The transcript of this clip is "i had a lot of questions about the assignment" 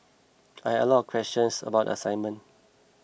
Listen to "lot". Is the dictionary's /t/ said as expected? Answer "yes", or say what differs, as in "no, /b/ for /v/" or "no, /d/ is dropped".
no, /t/ is dropped